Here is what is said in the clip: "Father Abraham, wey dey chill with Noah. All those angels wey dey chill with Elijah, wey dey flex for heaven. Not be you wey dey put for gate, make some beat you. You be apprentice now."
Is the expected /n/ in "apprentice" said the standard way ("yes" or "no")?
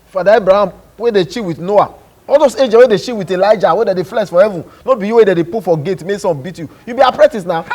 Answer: no